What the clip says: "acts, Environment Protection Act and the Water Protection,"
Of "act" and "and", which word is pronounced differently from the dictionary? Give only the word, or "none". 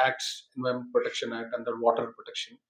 act